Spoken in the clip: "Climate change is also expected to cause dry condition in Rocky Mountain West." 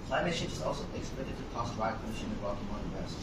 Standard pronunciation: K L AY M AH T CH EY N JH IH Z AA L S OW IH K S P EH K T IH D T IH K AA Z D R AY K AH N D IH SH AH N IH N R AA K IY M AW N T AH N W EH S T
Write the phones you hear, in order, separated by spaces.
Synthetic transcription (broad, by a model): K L AY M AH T SH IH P IH Z AA L S OW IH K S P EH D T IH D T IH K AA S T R AY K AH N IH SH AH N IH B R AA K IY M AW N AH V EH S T